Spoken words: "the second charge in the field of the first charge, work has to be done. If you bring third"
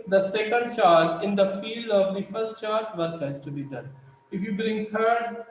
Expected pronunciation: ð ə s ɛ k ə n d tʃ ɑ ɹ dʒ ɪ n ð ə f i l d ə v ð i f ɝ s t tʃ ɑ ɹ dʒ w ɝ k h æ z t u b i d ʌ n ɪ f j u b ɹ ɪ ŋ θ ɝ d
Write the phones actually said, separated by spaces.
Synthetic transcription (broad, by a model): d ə s ɛ k ə n d tʃ ɑ ɹ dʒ ɪ n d ə f i l d ə v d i f ɝ s t tʃ ɑ ɹ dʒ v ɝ k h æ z t u b i d ʌ n ɪ f j u b ɹ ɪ ŋ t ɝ d